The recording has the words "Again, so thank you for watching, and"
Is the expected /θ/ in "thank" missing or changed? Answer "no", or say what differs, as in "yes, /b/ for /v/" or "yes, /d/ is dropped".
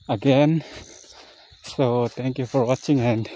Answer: yes, /t/ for /θ/